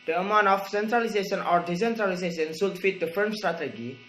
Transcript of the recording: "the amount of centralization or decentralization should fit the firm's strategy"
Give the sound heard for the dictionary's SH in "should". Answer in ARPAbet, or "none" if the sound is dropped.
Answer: S